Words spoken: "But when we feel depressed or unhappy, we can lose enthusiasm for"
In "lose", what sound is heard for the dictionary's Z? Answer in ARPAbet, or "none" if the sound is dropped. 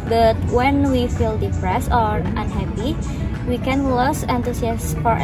S